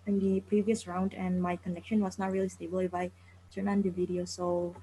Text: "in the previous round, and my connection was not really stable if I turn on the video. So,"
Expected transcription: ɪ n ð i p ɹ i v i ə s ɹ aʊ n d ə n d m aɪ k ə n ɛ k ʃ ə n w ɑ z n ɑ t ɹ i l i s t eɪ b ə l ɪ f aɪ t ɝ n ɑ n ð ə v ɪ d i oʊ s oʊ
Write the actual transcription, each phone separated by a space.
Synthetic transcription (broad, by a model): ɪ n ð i p ɹ i v i ə s ɹ aʊ n d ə n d m aɪ k ə n ɛ k ʃ ə n w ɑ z n ɑ t ɹ i l i s t eɪ b ə l ɪ f aɪ t ɝ n ɑ n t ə v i d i oʊ s oʊ